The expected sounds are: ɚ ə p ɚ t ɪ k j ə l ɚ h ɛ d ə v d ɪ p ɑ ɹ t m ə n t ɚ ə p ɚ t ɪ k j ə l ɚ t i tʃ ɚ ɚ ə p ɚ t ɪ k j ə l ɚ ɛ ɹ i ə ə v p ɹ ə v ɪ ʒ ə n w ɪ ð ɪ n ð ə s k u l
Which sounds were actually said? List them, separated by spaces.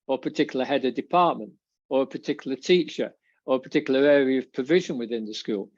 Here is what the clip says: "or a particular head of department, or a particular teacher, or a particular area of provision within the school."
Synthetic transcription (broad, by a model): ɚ ə p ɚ t ɪ k j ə l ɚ h ɛ d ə d ɪ p ɑ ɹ t m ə n t ɚ ə p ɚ t ɪ k j l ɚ t i tʃ ɚ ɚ ə p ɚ t ɪ k j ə l ɚ ɛ ɹ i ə ə v p ɹ ə v ɪ ʒ ə n w ɪ ð ɪ n ð ə s k u l